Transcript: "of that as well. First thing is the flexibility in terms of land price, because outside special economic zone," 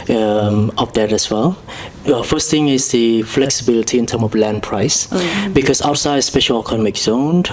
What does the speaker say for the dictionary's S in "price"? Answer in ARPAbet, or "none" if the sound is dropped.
S